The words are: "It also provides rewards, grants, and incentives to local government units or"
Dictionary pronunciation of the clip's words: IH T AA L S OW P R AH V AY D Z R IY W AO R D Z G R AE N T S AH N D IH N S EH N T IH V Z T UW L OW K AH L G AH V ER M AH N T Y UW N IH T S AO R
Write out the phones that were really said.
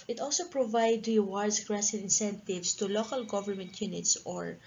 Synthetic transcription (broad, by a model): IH T AA L S OW P R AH V AY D R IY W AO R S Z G R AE S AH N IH N S EH N T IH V S T UW L OW K AH L G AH V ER M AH N T Y UW N IH T S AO R